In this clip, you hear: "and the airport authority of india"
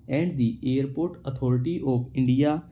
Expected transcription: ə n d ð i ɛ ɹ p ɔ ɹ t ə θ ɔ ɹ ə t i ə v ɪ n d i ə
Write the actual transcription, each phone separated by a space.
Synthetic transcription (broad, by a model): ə n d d i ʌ ɹ p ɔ ɹ t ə t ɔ ɹ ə t i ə p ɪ n d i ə